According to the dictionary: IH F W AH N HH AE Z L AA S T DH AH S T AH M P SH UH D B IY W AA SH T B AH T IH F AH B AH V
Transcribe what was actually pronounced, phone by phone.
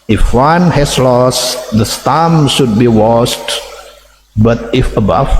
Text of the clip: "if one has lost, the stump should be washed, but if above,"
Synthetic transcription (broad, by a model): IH F W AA N HH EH S L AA S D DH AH S T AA M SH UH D B IY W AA S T B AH T IH F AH B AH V